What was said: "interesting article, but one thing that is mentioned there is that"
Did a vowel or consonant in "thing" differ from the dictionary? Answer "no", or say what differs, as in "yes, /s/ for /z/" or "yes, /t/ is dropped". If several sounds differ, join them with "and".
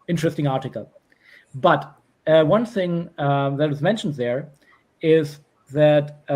no